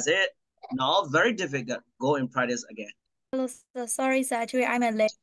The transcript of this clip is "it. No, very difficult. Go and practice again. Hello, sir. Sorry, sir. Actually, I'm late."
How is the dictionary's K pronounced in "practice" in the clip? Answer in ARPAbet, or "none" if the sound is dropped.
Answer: none